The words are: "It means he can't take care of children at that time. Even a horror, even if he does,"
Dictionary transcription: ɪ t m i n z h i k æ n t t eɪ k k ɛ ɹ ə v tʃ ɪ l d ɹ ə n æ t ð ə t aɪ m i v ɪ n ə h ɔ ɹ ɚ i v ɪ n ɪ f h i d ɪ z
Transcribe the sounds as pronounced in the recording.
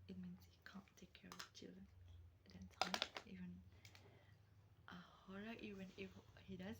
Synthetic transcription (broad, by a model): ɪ t m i n s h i k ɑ n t t eɪ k k ɛ ɹ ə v tʃ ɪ l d ɹ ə n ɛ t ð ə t aɪ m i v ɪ n ə h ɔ ɹ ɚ i v ɪ n ɪ f h i d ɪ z